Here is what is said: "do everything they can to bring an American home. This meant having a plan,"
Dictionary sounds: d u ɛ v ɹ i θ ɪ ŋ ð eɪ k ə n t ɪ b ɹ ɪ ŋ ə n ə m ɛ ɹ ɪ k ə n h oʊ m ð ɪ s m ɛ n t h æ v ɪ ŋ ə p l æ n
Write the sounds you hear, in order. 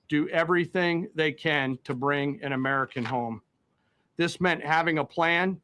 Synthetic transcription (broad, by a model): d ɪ ɛ v ɹ i θ ɪ ŋ ð eɪ k ə n t ɪ b ɹ ɪ ŋ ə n ə m ɛ ɹ ɪ k ə n h oʊ m ð ɪ s m ɛ n t h æ v ɪ ŋ ə p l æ n